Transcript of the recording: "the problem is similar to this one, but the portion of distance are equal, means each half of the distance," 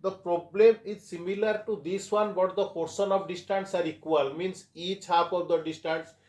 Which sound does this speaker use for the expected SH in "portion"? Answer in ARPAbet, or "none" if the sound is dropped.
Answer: S